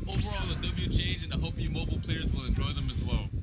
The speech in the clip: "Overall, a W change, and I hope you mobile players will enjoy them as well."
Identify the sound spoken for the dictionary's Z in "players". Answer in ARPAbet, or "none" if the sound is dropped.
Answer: Z